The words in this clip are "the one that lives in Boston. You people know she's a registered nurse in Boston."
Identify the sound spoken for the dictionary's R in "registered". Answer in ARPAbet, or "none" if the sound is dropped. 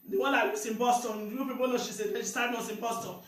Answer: L